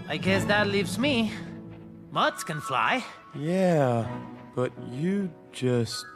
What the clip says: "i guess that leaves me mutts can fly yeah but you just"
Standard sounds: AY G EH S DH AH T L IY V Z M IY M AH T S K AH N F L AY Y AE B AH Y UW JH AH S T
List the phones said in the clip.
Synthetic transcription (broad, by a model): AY G EH S DH AH T L IY V Z M IY M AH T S K AH N F L AY Y AE B AH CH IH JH AH S T